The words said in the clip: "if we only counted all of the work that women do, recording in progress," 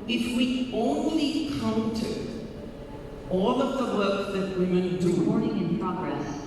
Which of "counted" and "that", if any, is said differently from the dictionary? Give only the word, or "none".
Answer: counted